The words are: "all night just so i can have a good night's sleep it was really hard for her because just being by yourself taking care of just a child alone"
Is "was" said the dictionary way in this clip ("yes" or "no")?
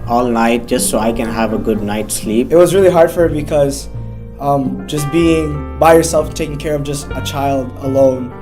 yes